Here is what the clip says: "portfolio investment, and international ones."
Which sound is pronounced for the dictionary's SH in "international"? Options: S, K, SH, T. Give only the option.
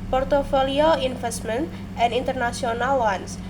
S